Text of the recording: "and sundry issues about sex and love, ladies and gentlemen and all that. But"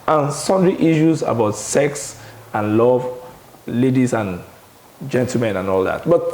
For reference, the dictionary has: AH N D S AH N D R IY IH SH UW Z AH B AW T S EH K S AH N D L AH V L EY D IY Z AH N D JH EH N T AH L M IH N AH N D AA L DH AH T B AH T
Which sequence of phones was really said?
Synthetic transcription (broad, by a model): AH N S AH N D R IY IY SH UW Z AH B AW T S EH K S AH N L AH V L EY D IY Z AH N JH EH N T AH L M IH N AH N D AA L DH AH T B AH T